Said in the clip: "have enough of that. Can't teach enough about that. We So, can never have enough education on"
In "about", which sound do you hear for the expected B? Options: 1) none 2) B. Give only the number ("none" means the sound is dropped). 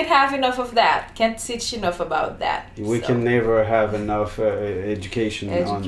2